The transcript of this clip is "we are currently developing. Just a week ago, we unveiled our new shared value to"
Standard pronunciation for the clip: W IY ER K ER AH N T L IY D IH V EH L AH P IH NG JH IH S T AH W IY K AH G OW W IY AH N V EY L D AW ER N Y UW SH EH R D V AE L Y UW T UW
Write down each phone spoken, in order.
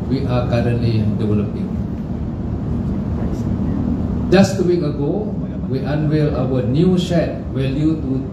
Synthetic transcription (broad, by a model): W IY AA K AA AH N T L IY D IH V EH L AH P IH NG JH IH S T AH W IY K AH G OW W IY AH N W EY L AW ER N Y UW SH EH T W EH L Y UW T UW